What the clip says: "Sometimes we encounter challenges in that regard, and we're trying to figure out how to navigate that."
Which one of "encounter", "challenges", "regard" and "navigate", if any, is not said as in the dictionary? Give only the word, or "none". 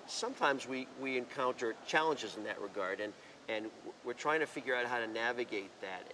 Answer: none